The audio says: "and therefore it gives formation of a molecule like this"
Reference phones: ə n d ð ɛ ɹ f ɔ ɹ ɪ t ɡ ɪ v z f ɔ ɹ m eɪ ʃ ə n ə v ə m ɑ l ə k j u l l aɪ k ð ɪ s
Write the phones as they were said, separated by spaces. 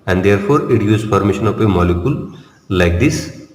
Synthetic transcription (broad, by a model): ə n d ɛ ɹ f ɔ ɹ ɪ t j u z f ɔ ɹ m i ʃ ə n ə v ə m ɑ l ə k j u l l aɪ k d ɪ s